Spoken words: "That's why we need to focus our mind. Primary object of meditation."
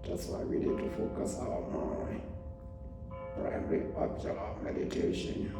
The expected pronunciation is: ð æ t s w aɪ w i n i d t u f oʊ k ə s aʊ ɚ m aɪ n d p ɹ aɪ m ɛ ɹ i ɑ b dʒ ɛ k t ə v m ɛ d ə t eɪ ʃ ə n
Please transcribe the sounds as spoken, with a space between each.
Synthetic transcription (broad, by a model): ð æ t s w aɪ w i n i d t u f oʊ k ə s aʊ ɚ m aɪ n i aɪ ɛ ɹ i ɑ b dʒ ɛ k ə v m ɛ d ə t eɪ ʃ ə n